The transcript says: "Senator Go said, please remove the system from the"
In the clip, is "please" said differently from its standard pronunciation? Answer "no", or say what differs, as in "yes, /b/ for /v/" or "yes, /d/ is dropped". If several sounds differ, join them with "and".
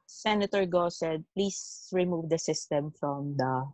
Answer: yes, /s/ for /z/